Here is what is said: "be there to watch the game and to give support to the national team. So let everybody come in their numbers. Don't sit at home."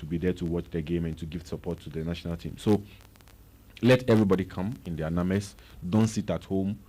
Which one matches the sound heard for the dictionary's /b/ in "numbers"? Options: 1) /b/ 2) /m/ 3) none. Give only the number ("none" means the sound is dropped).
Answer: 3